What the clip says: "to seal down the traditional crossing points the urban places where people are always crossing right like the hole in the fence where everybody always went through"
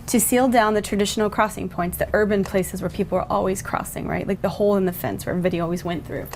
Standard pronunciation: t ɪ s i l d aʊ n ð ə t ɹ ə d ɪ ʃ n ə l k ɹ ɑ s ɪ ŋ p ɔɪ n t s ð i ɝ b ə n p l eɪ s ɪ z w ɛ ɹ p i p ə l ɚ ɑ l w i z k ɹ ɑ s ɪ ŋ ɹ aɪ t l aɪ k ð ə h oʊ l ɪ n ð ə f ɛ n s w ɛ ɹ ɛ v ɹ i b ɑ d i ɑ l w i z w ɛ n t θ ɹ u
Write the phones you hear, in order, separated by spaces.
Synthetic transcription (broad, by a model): t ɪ s i l d aʊ n ð ə t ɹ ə d ɪ ʃ n l k ɹ ɑ s ɪ ŋ p ɔɪ n t s ð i ɝ b ə n p l eɪ s ɪ z w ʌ ɹ p i p l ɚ ɑ l w i z k ɹ ɑ s ɪ ŋ ɹ aɪ t l aɪ k ð ə h oʊ l ɪ n ð ə f ɛ n s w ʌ ɹ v i d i ɑ l w i z w ɛ n θ ɹ u